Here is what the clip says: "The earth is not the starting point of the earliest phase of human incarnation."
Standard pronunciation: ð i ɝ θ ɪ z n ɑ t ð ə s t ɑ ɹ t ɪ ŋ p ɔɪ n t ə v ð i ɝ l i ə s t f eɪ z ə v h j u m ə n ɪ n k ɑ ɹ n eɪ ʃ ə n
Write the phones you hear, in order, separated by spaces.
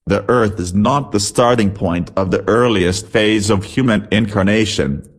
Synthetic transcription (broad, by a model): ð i ɝ θ ɪ z n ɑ t ð ə s t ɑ ɹ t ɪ ŋ p ɔɪ n t ə v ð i ɝ l i ə s t f eɪ z ə v h j u m ə n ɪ n k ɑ ɹ n eɪ ʃ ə n